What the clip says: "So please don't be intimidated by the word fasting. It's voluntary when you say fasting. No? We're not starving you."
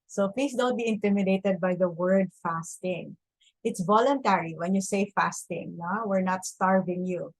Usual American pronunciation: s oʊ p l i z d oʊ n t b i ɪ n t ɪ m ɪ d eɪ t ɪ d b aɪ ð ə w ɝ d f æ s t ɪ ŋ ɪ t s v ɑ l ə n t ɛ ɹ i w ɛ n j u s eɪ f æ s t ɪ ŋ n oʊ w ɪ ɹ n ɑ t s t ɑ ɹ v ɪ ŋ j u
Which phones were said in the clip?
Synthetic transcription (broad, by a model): s oʊ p l i s d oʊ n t b i ɪ n t ɪ m ɪ d eɪ t ɪ d b aɪ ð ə w ɝ d f æ s t ɪ ŋ ɪ t s v ɑ l ə n t ɛ ɹ i w ɛ n j u s eɪ f æ s t ɪ ŋ n oʊ w ɪ ɹ n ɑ t s t ɑ ɹ v ɪ ŋ j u